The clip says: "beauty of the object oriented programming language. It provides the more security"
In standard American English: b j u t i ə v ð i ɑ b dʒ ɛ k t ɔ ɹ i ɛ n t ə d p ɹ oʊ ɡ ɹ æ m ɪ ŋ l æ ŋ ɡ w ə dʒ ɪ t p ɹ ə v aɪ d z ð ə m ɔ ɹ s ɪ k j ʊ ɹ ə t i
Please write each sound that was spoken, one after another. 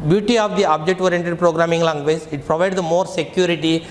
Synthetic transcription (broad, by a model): b j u t i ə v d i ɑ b dʒ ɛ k t ɔ ɹ i ɛ n t ə d p ɹ oʊ ɡ ɹ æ m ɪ ŋ l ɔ ŋ ɡ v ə z ɪ t p ɹ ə v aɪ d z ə m ɔ ɹ s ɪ k j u ɹ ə t i